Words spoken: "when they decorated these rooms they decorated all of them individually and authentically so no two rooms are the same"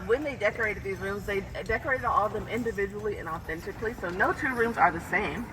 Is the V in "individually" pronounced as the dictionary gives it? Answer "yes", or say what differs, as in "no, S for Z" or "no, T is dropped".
yes